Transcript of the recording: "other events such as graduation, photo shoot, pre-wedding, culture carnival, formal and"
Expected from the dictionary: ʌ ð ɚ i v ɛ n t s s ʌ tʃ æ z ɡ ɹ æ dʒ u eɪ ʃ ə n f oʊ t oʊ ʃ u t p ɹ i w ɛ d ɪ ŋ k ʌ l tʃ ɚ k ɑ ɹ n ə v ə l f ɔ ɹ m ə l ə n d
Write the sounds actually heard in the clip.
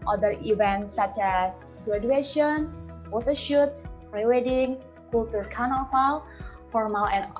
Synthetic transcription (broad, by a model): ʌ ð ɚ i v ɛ n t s s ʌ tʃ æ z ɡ ɹ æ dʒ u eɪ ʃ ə n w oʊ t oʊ ʃ u t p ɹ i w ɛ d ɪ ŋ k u l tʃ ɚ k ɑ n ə f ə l f ɔ ɹ m ə l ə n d